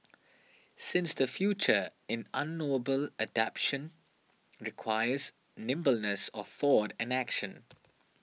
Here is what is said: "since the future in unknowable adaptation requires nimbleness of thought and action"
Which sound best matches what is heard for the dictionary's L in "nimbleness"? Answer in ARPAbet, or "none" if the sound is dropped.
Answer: L